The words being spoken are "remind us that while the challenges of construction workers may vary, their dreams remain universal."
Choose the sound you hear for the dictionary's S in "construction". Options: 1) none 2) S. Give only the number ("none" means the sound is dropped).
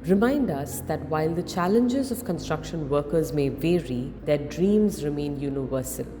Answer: 2